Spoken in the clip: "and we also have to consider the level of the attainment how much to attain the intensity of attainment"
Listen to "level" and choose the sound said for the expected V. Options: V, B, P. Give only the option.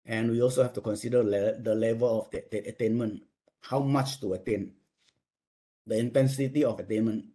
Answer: V